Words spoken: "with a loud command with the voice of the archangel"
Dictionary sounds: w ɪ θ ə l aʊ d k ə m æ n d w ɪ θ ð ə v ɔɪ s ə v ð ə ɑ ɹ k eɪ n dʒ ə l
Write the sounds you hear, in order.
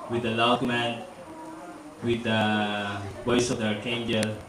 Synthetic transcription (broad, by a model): w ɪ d ə l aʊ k m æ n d w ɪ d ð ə w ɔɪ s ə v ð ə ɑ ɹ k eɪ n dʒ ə l